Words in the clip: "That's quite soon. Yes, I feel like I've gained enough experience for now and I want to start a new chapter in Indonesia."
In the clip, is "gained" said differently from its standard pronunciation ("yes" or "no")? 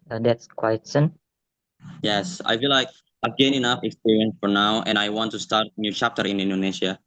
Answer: yes